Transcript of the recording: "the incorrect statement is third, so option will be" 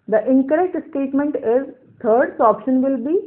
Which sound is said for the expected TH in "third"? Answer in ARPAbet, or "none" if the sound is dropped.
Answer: T